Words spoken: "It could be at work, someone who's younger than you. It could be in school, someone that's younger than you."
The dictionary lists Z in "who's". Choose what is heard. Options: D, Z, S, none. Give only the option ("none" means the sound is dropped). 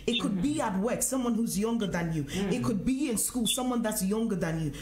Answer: Z